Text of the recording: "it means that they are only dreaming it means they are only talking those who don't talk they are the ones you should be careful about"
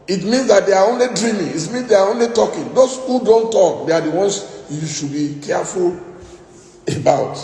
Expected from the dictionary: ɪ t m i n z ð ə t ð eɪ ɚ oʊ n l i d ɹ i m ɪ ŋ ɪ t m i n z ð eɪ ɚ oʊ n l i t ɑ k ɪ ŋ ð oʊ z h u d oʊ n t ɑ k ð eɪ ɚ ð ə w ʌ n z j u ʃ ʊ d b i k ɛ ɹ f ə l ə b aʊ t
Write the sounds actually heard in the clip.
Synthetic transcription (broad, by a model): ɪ t m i n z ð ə t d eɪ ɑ oʊ n l i d ɹ i m ɪ ŋ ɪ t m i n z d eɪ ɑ oʊ n l i t ɑ k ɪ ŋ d oʊ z h u d oʊ n t ɑ k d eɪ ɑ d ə w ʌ n s j u ʃ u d b i k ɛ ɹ f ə l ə b aʊ t